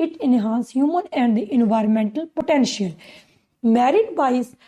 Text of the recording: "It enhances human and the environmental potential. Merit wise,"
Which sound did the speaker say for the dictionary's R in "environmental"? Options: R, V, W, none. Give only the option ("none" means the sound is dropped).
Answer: R